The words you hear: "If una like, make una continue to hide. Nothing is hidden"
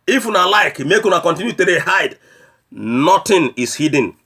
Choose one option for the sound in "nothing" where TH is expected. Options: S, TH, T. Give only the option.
T